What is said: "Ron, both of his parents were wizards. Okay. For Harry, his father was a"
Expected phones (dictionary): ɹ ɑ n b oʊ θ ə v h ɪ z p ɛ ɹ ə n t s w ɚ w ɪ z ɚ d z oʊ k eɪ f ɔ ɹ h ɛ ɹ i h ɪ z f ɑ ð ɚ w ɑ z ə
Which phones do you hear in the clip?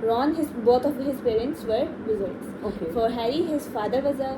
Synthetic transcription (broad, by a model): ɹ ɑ n b oʊ t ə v h ɪ z p ɛ ɹ ə n t s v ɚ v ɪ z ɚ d oʊ k eɪ f ɔ ɹ h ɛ ɹ i h ɪ z f ɑ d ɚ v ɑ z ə